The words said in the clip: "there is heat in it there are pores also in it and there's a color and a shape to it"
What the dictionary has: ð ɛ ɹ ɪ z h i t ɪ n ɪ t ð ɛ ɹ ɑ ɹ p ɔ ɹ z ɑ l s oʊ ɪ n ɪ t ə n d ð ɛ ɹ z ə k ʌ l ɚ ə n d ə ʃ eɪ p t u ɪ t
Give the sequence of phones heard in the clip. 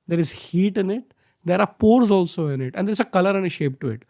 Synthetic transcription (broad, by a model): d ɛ ɹ ɪ z h i t ɪ n ɪ t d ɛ ɹ ɑ ɹ p ɔ ɹ z ɑ l s oʊ ɪ n ɪ t ə n d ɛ ɹ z ə k ʌ l ɚ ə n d ə ʃ eɪ p t u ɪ t